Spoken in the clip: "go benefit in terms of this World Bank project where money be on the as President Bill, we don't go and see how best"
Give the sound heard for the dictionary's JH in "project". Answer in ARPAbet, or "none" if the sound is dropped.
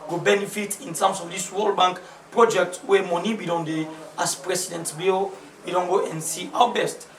JH